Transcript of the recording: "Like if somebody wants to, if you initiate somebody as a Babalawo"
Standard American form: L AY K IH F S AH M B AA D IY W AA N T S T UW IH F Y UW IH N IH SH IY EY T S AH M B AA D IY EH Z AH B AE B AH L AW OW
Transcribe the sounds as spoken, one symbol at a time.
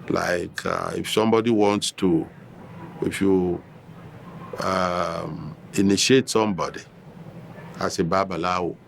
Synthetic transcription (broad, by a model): L AY K IH F S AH M B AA D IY W AA N T S T UW IH F Y UW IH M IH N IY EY T S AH M B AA D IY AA S AH B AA B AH L AW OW